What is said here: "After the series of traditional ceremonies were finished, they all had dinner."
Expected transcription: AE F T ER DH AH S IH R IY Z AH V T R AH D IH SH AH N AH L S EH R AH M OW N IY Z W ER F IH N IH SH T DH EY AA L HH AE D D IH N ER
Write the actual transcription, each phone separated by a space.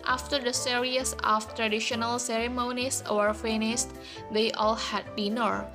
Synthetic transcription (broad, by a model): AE F T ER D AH S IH R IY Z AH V T R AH D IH SH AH N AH L S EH R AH M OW N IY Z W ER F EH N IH S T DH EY AA L HH AE D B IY N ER